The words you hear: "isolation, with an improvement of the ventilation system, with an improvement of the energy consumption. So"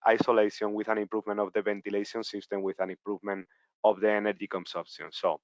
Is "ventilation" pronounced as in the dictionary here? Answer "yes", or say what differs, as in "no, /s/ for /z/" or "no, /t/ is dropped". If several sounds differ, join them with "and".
no, /b/ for /v/